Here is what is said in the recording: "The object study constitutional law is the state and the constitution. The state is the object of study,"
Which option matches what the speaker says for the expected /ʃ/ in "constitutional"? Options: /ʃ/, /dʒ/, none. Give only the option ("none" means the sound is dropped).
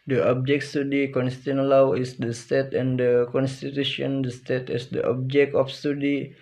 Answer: none